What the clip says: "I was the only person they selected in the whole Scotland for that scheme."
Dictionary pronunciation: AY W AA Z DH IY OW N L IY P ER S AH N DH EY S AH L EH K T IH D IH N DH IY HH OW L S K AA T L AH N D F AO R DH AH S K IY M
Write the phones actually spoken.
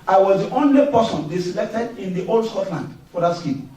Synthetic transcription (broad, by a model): AY W AA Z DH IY OW N L IY P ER S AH N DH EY S AH L EH K T IH D IH N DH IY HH OW L S K AA T L AH N D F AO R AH S K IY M